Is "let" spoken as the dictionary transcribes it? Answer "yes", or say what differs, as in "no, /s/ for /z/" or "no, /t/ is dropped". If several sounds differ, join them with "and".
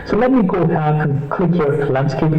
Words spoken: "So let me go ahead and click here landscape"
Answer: yes